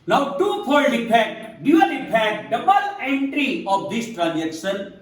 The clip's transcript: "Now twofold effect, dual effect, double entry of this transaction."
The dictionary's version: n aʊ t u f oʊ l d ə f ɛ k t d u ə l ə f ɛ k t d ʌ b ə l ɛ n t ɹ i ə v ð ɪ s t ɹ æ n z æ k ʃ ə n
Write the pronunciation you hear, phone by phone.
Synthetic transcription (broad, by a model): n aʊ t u p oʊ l ə p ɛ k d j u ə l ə p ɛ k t d ʌ b ə l ɛ n t ɹ i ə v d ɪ s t ɹ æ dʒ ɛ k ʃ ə n